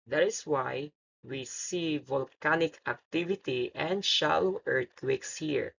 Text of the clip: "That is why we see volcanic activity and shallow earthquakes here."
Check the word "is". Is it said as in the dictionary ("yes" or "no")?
no